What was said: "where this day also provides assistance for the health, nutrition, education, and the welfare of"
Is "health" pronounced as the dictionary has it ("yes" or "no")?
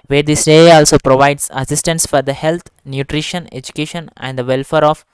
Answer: no